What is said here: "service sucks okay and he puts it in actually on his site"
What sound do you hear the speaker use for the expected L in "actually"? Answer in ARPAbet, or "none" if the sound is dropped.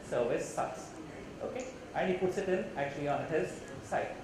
L